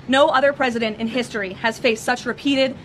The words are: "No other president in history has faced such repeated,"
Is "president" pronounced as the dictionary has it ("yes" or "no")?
yes